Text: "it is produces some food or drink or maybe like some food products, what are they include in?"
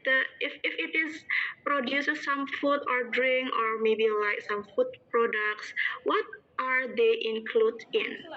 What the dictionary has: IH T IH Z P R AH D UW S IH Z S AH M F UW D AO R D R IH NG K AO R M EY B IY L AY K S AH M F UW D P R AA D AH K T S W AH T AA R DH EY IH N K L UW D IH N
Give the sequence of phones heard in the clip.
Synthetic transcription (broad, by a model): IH T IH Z P R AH D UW S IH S S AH M F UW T AO R D R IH NG K AO R M EY B IY L AY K S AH M F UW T P R AA D AH K T S W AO T AA R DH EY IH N K L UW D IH N